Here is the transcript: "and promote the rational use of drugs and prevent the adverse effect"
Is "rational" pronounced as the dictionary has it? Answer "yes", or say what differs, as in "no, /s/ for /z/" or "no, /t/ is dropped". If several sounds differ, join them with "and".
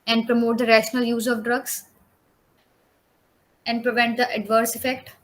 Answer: yes